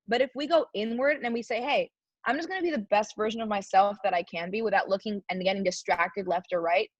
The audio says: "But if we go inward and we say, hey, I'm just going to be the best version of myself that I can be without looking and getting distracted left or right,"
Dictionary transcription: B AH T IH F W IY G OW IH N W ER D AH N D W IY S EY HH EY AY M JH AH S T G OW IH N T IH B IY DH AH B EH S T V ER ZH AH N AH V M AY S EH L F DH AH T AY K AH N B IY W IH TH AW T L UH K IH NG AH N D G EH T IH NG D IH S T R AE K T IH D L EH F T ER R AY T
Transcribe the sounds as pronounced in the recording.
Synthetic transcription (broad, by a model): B AH T IH F W IY G OW IH N W ER D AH N W IY S EY HH EY AY M JH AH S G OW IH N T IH B IY DH AH B EH S T V ER ZH AH N AH V M AY S EH L F DH AH T AY K AH N B IY W IH TH AW T L UH K IH NG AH N G EH T IH NG D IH S T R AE K T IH D L EH F T ER R AY T